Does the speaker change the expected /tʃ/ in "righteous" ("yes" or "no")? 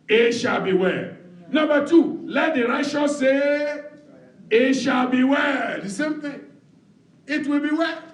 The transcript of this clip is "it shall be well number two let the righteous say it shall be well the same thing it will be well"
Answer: yes